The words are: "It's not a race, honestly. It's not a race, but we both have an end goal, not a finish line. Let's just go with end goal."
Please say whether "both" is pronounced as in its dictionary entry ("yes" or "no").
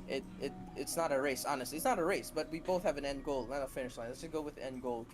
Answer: yes